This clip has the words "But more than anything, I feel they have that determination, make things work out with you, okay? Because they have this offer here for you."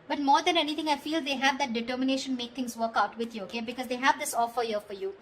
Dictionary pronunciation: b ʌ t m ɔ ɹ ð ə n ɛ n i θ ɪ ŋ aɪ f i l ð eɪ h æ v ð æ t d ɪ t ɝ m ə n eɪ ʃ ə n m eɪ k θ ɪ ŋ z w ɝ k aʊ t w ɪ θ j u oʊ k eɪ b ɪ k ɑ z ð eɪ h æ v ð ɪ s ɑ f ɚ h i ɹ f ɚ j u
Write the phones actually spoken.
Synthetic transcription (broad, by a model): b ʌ t m ɔ ɹ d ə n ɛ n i t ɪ ŋ aɪ f i l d eɪ h æ v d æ t d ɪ t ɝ m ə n eɪ ʃ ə n m eɪ k t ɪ ŋ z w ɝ k aʊ t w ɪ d j u oʊ k eɪ b ɪ k ɑ z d eɪ h æ v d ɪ s ɑ f ɚ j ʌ f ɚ j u